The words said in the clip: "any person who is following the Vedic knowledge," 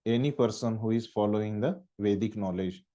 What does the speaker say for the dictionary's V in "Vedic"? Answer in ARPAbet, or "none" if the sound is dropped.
V